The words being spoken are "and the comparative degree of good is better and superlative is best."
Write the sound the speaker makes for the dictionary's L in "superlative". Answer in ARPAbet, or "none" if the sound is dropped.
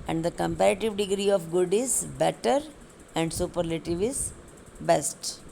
L